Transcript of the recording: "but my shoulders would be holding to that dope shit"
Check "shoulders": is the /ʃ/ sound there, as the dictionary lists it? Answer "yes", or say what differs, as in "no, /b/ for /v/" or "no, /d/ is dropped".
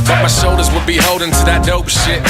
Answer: no, /s/ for /ʃ/